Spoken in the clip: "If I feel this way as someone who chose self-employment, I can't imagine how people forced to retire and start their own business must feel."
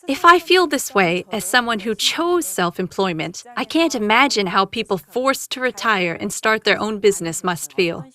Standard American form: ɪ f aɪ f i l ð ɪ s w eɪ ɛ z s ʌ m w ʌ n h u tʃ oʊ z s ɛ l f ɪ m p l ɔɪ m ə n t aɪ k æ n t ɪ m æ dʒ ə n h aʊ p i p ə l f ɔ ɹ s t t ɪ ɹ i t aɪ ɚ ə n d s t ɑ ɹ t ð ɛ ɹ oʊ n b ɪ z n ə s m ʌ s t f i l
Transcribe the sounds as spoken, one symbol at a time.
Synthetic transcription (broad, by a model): ɪ f aɪ f i l ð ɪ s w eɪ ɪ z s ʌ m w ʌ n h u tʃ oʊ z s ɛ l f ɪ m p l ɔɪ m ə n t aɪ k æ n t ɪ m æ dʒ ə n h aʊ p i p l f ɔ ɹ s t t ɪ ɹ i t aɪ ɚ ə n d s t ɑ ɹ t ð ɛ ɹ oʊ n b ɪ z n ə s m ʌ s t f i l